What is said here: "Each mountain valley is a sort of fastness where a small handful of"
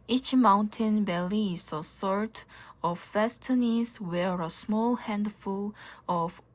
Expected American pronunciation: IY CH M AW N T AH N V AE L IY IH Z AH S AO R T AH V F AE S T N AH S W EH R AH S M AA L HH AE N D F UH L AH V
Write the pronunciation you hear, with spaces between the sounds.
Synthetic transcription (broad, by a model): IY CH M AW N T AH N B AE L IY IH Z AH S AO R T AH V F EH S T N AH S W EH R AH S M AA L HH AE N D F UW L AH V